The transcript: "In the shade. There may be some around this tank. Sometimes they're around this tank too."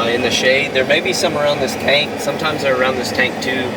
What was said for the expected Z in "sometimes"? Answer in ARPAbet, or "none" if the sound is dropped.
Z